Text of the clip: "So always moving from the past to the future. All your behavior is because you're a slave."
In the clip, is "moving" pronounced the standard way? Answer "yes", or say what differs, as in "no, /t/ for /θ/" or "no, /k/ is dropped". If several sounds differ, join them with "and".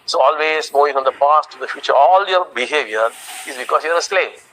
no, /v/ is dropped